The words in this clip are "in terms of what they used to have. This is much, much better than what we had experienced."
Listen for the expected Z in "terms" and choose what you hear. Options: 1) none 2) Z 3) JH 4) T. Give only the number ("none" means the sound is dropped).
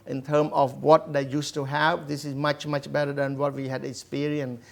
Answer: 1